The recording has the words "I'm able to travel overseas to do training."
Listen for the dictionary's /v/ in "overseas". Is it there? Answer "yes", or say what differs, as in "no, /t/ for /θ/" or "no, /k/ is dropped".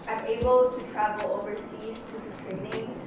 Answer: yes